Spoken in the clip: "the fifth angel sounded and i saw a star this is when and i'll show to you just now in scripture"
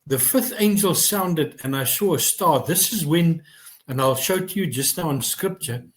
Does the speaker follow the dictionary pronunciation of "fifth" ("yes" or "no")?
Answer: yes